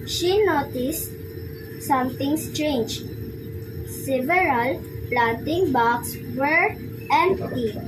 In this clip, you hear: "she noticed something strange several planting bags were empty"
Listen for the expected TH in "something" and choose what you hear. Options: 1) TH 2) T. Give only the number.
2